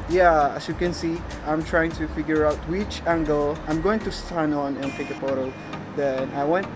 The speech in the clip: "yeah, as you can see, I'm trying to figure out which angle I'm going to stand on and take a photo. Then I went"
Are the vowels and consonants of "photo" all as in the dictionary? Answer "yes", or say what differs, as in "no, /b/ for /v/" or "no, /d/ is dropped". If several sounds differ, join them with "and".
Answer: no, /p/ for /f/